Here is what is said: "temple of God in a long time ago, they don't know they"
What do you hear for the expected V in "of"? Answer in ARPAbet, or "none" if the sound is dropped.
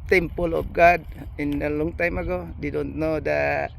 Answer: B